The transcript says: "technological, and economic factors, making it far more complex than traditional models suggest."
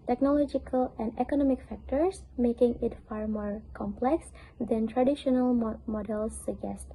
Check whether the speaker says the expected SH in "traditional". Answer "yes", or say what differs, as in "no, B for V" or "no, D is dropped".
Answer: yes